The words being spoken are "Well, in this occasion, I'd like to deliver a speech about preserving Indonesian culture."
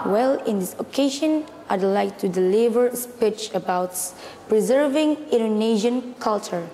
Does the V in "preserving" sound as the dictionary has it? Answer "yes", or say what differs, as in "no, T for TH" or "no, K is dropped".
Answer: yes